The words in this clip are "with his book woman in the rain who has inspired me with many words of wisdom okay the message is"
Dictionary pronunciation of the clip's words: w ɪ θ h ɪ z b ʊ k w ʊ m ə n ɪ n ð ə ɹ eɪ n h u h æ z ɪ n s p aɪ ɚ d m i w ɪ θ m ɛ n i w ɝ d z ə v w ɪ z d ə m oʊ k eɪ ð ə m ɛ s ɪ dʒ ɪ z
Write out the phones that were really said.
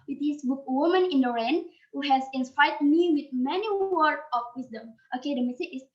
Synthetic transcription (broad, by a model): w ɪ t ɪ s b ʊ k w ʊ m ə n ɪ n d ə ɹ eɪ n h u h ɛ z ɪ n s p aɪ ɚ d m i w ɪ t m ɛ n i w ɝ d ə f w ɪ s d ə m oʊ k eɪ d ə m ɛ s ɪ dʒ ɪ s